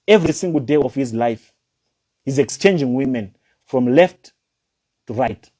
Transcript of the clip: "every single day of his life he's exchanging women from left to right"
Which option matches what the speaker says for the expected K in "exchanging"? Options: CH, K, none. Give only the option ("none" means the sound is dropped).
K